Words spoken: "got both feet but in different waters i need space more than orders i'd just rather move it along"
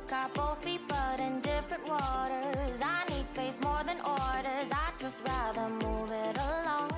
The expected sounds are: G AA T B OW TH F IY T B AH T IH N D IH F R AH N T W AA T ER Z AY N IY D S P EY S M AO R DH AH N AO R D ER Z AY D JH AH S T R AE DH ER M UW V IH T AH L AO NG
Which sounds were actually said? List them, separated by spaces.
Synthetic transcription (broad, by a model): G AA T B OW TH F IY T B AH T IH N D IH F R AH N T W AA T ER Z AY N IY D S P EY S M AO R DH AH N AO R D ER Z AY JH AH S T R AE DH ER M UW V IH T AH L AO NG